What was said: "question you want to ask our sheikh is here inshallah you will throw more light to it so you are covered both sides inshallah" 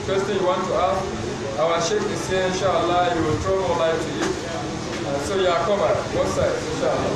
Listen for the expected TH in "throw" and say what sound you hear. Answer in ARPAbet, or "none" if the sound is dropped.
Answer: T